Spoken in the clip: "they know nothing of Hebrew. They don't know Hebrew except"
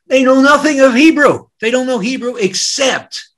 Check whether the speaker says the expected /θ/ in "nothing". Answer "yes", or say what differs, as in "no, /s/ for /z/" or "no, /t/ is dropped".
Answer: yes